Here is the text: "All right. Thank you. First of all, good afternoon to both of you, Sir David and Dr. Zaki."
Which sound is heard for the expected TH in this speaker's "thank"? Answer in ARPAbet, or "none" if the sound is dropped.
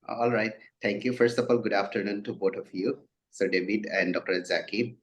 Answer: T